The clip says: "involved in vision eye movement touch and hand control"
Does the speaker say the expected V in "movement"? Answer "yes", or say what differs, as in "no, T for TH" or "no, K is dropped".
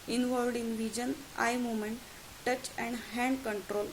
no, V is dropped